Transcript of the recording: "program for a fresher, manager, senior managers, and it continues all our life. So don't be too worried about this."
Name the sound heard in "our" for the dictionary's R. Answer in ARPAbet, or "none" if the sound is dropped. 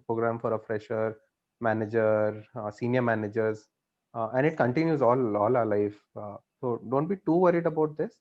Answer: L